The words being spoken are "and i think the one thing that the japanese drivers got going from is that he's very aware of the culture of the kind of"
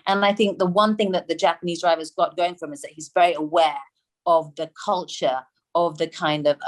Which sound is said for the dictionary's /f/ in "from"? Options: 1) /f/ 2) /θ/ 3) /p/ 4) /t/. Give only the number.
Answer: 1